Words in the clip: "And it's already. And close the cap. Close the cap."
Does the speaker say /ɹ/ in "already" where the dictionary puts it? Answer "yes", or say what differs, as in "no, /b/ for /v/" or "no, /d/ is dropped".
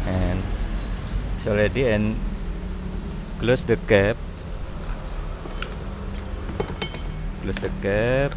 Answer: no, /l/ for /ɹ/